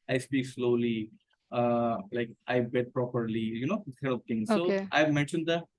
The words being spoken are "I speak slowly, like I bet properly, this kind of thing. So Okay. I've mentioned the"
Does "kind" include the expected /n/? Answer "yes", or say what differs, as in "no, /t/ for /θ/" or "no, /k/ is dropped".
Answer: no, /n/ is dropped